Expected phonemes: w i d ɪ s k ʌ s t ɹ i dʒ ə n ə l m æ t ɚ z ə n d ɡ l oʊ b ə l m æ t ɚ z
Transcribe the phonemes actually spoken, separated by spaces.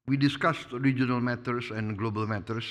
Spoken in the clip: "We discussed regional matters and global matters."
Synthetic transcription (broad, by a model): w i d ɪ s k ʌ s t ɹ i dʒ ə n ə l m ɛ t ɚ s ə n ɡ l oʊ b ə l m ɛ t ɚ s